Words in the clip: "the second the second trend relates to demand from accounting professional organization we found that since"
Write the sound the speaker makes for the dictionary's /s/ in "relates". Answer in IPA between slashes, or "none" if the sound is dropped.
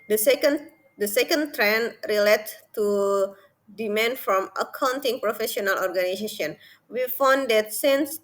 none